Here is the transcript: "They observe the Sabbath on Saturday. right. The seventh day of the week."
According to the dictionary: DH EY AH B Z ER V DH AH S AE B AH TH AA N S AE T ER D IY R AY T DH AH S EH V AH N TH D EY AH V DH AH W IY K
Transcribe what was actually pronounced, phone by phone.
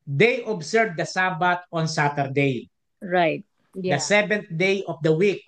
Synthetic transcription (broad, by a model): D EY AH B S ER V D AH S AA B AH T AA N S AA T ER D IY R AY T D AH S EH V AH N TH D EY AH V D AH W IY K